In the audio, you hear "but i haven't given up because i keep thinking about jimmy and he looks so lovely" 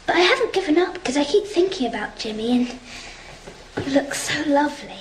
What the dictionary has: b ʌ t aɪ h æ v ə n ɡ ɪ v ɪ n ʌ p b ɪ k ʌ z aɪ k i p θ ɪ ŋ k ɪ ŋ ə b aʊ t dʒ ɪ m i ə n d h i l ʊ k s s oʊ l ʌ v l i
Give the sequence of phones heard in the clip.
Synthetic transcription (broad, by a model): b ʌ t aɪ h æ v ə n ɡ ɪ v ɪ n ʌ p k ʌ z aɪ k i p θ ɪ ŋ k ɪ ŋ ə b aʊ t dʒ ɪ m i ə n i l ʊ k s s oʊ l ʌ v l i